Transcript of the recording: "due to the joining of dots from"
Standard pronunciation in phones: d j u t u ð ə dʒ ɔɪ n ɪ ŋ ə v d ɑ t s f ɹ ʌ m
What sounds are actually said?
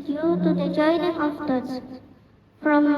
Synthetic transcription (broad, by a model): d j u t u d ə dʒ ɔɪ n ɪ ŋ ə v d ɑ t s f ɹ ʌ m